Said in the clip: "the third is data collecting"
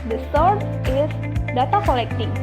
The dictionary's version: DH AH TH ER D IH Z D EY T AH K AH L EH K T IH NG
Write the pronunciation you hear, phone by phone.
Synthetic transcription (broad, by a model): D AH S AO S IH S D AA T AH K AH L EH K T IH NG